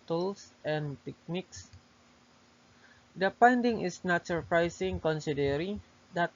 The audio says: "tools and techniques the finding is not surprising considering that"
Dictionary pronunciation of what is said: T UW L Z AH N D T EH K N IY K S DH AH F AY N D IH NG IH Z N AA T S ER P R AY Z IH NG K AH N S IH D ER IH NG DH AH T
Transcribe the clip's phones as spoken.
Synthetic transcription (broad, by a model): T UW L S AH N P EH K N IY K S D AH P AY N D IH NG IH S N AA T S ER P R AY S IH NG K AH N S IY D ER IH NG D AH T